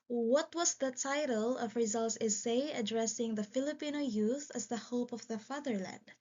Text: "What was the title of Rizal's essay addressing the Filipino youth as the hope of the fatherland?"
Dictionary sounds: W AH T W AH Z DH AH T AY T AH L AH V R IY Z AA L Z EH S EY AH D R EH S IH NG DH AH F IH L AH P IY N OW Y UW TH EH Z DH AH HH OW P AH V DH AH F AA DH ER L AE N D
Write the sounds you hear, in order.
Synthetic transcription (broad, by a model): W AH T W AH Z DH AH T AY T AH L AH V R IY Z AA L S EH S EY AH D R EH S IH NG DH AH F IH L AH P IY N OW Y UW TH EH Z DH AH HH OW P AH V DH AH F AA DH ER L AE N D